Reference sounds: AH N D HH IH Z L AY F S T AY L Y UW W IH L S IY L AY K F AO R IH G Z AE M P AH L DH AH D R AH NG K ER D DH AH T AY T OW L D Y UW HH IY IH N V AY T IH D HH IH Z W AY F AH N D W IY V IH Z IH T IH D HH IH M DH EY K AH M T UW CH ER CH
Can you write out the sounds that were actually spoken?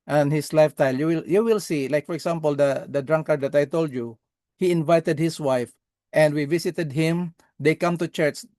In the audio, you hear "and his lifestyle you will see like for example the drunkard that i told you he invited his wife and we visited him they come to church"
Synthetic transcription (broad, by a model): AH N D HH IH S L AY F T AY L Y UW W IH L S IY L AY K F AO R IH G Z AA M P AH L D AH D R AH NG K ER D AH T AY T OW L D Y UW HH IY IH N V AY T IH D HH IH S W AY F AH N D W IY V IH S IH T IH D HH IH M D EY K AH M T UW CH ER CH